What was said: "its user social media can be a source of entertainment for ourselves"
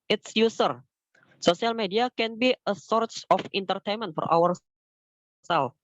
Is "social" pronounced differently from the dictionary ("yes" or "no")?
yes